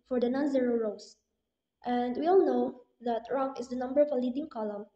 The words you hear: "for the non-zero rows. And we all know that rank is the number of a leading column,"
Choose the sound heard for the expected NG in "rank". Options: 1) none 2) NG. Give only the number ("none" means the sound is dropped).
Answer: 1